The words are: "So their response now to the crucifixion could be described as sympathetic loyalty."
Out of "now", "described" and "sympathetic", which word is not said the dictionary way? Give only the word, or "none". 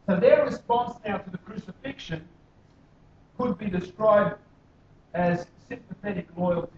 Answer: none